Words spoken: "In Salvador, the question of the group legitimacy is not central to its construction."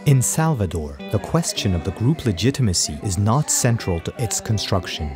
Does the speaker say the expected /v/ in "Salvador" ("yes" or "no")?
yes